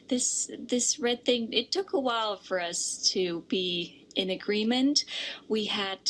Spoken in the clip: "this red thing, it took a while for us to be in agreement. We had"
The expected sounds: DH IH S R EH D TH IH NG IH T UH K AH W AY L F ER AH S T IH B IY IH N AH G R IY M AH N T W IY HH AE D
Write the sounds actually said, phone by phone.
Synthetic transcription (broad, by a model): DH IH S R EH D TH IH NG IH T UH K AH W AY L F ER AH S T IH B IY IH N AH G R IY M AH N T W IY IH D